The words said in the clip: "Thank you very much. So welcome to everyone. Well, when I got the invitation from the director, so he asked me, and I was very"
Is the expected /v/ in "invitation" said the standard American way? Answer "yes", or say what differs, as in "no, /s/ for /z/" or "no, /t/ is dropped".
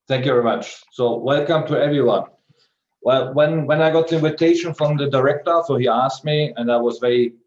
yes